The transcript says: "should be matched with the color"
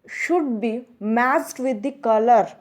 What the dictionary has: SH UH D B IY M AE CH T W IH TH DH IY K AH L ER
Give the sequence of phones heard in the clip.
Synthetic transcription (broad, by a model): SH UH D B IY M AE S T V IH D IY K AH L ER